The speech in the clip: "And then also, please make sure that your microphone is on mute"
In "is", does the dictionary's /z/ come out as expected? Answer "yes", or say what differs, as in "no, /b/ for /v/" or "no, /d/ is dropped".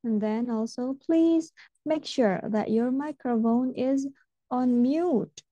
yes